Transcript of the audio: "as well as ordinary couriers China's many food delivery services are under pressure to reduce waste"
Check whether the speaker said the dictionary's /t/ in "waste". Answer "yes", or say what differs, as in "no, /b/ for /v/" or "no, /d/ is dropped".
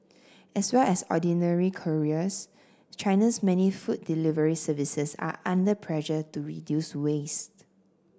yes